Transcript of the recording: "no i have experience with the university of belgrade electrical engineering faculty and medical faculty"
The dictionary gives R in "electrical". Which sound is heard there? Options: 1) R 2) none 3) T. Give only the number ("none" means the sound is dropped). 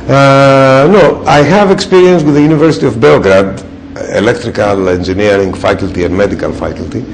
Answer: 1